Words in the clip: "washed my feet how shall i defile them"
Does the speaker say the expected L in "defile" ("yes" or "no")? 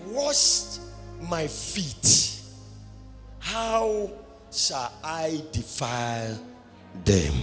yes